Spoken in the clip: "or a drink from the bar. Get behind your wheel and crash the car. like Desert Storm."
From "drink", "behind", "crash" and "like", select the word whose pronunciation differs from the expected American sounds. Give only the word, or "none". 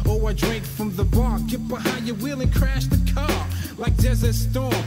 none